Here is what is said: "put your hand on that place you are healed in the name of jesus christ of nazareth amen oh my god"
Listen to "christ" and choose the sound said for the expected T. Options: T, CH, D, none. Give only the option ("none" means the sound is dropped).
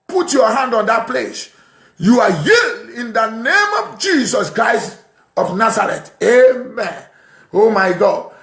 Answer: T